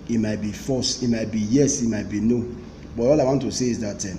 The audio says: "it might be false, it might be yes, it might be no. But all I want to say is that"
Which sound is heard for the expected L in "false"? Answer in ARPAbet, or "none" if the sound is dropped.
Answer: none